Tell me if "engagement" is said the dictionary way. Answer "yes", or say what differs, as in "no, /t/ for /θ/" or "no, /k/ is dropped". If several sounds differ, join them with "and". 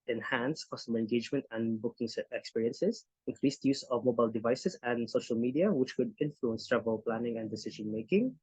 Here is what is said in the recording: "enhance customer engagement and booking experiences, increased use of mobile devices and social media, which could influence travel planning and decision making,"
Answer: yes